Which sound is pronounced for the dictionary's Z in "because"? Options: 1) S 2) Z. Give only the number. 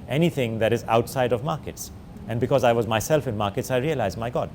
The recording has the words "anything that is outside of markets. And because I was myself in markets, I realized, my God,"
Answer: 2